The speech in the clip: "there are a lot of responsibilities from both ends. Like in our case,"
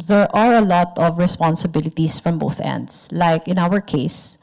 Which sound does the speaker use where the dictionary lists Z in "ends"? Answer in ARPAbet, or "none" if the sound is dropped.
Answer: S